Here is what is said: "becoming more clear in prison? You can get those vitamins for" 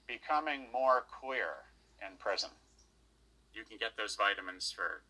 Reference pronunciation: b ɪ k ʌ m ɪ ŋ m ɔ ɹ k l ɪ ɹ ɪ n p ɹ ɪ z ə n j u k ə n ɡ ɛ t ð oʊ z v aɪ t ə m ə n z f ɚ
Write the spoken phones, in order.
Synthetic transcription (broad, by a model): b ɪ k ʌ m ɪ ŋ m ɔ ɹ k w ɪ ɹ ɪ n p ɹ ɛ z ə n j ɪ k n ɡ ɛ t ð oʊ z v aɪ t ə m ə n z f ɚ